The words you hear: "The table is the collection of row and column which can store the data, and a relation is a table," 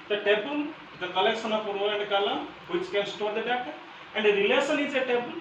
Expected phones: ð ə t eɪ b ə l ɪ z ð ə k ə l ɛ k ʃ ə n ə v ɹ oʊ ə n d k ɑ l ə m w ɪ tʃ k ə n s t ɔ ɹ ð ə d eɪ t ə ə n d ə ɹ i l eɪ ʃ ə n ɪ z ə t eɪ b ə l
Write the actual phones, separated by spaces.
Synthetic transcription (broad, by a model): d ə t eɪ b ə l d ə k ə l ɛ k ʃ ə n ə p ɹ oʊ ə n d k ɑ l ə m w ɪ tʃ k ə n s t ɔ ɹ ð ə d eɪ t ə ə n d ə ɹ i l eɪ s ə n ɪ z ə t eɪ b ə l